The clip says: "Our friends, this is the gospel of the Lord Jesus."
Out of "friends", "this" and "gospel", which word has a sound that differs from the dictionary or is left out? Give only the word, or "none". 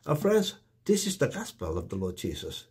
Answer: none